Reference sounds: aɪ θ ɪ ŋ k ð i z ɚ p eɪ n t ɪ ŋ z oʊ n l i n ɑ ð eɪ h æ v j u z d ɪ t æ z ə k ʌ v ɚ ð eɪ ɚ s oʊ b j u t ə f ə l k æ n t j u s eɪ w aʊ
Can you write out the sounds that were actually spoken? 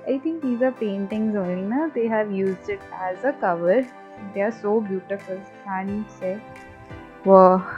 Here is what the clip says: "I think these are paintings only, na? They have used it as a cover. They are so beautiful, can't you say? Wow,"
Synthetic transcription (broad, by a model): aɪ t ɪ ŋ k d i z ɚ p eɪ n t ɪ ŋ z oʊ n i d eɪ h æ v j u z d ɪ t æ z ə k ʌ v ɚ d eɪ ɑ s oʊ b j u t ə f ə l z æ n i s eɪ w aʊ